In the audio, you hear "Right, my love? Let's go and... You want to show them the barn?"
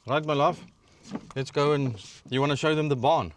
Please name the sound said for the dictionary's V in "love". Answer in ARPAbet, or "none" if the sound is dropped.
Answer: F